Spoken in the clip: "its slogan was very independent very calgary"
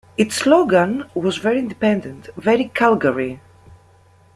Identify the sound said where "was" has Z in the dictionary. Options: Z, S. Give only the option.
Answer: Z